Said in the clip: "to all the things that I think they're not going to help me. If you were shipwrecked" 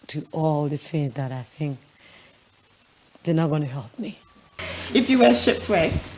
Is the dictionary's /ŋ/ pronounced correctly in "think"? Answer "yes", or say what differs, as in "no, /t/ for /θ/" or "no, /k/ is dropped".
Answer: yes